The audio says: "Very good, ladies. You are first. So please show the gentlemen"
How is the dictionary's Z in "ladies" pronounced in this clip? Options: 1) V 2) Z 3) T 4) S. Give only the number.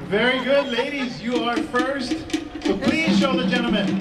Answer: 2